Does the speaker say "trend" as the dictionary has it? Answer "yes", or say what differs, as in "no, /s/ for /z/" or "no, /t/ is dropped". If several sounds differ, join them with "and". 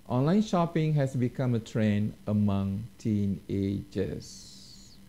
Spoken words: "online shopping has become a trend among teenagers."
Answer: no, /d/ is dropped